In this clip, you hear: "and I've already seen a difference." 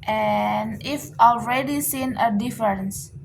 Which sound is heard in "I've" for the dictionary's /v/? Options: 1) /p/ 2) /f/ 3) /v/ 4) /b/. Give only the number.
2